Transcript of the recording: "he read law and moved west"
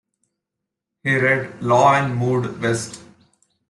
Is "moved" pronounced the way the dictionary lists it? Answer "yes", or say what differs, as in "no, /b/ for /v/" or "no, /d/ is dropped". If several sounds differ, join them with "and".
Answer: no, /v/ is dropped